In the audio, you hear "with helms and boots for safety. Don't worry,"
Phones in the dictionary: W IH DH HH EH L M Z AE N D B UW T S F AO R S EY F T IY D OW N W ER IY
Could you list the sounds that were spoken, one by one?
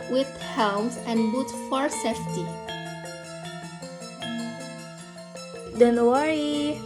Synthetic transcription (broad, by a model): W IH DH HH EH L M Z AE N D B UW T F AO R S EY F T IY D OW N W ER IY